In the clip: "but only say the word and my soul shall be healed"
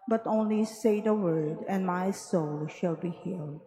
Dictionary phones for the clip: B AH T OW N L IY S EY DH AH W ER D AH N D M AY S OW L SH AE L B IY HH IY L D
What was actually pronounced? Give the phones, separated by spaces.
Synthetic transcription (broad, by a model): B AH T OW N L IY S EY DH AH W ER D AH N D M AY S OW L SH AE L B IY HH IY L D